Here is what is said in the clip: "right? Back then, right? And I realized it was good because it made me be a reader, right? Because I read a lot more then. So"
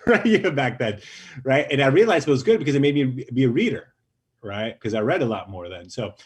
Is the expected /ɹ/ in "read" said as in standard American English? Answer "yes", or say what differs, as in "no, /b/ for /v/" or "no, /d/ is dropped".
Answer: yes